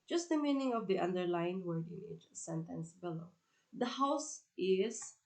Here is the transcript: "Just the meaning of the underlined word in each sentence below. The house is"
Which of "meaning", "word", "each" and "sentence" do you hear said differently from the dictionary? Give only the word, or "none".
none